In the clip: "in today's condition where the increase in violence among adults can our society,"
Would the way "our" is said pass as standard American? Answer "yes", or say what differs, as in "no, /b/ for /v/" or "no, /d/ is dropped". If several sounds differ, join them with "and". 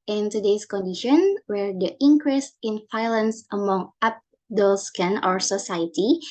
yes